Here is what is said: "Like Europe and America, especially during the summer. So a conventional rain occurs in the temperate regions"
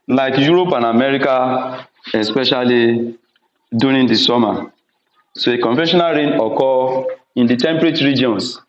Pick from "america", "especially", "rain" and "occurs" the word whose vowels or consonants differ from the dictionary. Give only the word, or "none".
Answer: occurs